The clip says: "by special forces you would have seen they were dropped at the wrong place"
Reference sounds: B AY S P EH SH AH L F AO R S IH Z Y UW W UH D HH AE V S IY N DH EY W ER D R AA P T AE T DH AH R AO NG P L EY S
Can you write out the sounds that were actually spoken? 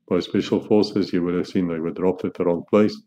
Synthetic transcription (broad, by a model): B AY S P EH SH AH L F AO R S IH Z Y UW W UH D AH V S IY N DH EY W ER D R AA P T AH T DH AH R AO NG P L EY S